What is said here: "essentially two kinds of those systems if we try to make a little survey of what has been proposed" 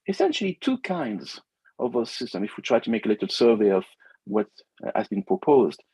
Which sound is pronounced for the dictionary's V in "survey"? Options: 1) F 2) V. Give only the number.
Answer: 2